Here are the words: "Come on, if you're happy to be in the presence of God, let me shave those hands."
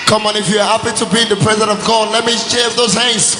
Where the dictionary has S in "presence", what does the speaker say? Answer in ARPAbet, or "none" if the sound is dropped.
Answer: none